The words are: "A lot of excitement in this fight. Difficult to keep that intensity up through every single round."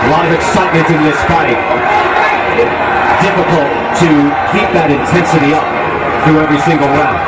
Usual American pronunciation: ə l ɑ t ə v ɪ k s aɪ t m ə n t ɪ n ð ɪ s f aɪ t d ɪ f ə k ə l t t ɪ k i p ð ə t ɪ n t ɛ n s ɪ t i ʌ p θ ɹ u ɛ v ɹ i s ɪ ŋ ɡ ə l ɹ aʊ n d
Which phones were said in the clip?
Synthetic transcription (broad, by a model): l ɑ ə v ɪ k s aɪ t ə t ɪ n ð ɪ s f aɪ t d ɪ f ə k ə l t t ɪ k i p ð ə t ɪ n t ɛ n s ɪ t i ʌ p θ ɹ u ɛ v ɹ i s ɪ ŋ ɡ ə l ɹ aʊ